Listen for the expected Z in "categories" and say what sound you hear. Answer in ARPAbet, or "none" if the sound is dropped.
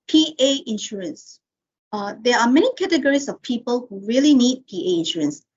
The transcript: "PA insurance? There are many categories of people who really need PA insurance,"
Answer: S